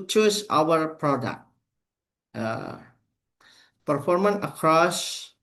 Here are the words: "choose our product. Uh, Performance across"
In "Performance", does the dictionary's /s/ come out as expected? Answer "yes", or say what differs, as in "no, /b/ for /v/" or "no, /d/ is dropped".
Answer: no, /s/ is dropped